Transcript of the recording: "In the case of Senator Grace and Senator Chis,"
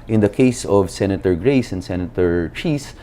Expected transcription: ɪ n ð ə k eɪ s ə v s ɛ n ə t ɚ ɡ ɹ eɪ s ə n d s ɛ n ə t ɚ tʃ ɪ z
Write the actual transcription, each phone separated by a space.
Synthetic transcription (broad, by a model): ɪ n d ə k eɪ s ə v s ɛ n ə t ɚ ɡ ɹ eɪ s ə n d s ɛ n ə t ɚ tʃ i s